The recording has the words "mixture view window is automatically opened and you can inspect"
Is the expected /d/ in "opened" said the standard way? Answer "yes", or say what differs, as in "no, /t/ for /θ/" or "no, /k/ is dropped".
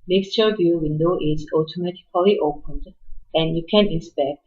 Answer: yes